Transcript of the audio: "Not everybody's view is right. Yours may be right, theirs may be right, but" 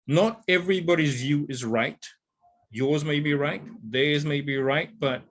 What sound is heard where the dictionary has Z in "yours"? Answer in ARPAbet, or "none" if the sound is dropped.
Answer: Z